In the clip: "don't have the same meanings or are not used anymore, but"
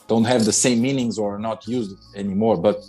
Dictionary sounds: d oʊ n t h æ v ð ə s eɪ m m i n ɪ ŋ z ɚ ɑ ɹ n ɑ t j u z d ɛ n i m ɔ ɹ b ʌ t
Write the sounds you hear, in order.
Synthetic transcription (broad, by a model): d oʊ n t h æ v ð ə s eɪ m m i n ɪ ŋ z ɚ ɑ ɹ n ɑ t j u z d ɛ n i m ɔ ɹ b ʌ t